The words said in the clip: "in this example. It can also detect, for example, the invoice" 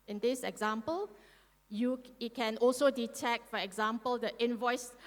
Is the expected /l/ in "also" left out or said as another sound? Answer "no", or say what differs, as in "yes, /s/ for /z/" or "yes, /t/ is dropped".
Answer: no